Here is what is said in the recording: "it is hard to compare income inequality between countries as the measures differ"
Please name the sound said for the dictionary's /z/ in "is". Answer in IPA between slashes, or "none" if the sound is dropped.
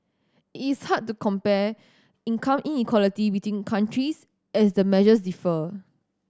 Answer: /s/